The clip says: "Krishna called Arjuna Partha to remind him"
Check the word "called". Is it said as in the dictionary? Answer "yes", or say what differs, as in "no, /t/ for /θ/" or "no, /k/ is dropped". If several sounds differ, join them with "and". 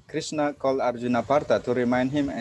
no, /d/ is dropped